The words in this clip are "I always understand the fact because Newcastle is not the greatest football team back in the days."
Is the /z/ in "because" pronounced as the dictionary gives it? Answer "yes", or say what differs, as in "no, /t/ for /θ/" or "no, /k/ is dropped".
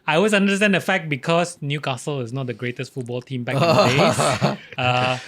no, /s/ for /z/